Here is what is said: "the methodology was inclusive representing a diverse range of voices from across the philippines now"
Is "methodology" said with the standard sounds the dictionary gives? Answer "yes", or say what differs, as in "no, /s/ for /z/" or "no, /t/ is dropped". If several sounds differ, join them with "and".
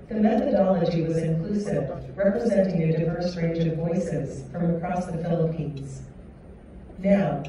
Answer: yes